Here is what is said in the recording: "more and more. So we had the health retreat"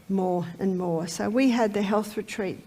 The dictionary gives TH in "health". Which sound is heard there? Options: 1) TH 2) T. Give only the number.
1